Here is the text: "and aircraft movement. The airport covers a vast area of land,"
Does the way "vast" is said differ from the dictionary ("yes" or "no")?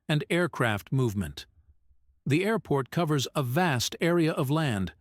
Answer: no